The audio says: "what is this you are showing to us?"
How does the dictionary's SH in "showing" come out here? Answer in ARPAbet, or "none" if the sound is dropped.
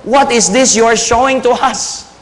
SH